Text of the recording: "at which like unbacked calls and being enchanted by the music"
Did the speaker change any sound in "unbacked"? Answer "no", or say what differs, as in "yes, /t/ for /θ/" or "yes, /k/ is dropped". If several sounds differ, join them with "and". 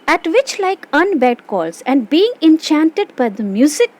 yes, /k/ is dropped